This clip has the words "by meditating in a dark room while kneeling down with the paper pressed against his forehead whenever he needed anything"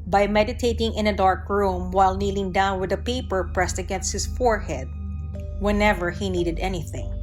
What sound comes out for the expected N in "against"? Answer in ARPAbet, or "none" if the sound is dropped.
N